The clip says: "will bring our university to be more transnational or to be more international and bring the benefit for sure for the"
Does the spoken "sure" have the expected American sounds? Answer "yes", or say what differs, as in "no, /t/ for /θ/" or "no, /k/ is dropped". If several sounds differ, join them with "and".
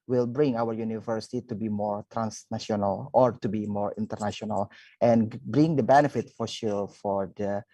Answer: no, /l/ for /ɹ/